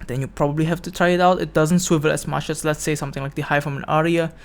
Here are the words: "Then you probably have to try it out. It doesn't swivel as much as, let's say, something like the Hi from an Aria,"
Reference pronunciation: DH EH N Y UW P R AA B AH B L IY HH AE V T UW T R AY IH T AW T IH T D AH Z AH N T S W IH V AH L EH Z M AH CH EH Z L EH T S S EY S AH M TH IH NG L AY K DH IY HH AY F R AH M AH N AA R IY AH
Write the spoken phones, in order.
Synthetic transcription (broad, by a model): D EH N Y UW P R AA B AH B L IY HH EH F T UW T R AY IH T AW T IH T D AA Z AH N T S W IH V AH L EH S M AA CH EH S L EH T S S EY S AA M T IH NG L AY K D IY HH AY F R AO M AH N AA R IY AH